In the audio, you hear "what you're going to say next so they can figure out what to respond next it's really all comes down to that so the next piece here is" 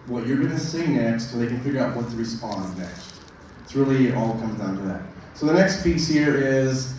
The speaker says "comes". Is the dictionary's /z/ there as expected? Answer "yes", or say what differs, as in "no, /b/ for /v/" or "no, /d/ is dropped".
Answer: yes